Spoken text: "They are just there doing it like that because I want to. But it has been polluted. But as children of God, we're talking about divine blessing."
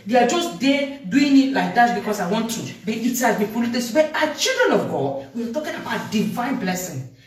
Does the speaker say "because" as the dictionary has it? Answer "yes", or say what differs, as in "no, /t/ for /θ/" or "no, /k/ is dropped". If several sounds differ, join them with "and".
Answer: no, /s/ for /z/